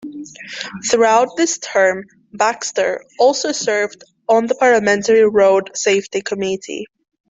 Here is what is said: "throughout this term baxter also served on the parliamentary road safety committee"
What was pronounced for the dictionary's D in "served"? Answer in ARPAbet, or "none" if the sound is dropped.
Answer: D